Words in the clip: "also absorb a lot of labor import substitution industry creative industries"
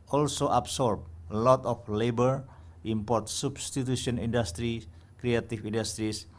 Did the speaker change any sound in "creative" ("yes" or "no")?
yes